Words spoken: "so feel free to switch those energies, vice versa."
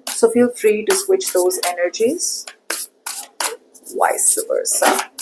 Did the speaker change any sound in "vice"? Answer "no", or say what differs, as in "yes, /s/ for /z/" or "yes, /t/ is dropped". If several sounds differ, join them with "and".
yes, /w/ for /v/